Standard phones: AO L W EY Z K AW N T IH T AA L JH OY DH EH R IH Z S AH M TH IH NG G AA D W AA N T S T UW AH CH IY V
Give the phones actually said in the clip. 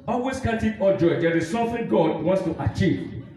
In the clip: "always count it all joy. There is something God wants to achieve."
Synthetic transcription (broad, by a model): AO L W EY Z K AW T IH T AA JH OY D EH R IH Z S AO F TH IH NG G AA D W AA N T S T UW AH CH IY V